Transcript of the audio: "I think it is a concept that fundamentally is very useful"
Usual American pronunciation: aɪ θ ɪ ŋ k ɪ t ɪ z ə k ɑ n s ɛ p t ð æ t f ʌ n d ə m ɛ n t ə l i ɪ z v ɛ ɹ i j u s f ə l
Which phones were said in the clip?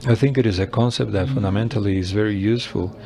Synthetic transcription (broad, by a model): aɪ θ ɪ ŋ k ɪ t ɪ z ə k ɑ n s ɛ p t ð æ t f ʌ n d ə m ɛ n t ə l i ɪ z v ɛ ɹ i j u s f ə l